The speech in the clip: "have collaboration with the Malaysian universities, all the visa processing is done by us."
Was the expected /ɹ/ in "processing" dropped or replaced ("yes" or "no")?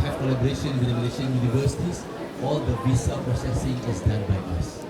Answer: no